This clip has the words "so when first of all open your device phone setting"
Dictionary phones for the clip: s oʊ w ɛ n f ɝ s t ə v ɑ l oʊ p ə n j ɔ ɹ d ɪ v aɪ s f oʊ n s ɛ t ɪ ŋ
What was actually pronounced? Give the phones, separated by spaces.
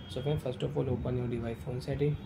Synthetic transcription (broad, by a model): s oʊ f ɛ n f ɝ s t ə f ɑ l oʊ p ə n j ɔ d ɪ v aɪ f oʊ n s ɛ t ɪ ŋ